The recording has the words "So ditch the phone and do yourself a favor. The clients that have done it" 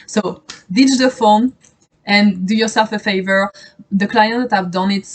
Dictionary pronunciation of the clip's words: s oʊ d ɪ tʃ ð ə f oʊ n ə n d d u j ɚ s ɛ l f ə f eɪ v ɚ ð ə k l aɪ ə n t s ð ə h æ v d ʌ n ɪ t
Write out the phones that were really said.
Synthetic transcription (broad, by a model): s oʊ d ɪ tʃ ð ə f oʊ n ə n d d u j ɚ s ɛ l f ə f eɪ v ɚ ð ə k l aɪ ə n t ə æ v d ʌ n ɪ t